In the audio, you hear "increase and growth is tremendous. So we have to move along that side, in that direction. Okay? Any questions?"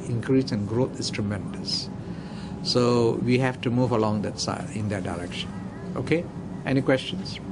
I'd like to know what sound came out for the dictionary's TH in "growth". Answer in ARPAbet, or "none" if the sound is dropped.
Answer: T